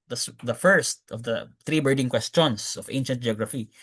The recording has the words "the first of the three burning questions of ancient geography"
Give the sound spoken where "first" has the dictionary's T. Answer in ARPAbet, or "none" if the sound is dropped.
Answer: T